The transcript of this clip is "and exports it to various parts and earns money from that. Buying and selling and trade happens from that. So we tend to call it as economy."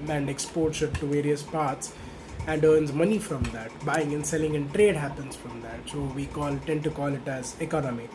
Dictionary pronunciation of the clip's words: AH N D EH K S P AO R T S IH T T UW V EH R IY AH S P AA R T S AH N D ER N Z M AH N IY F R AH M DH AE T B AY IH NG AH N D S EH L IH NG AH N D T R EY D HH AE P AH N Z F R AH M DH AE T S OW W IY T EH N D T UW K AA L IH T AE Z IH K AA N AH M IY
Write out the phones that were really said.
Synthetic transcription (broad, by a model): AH N D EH K S P AO R T SH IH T T UW V EH R IY AH S P AA R T S AH N D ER N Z M AH N IY F R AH M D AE T B AY IH NG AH N S EH L IH NG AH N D T R EY D HH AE P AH N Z F R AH M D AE T S OW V IY T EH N T UW K AA L IH T AE Z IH K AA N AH M IY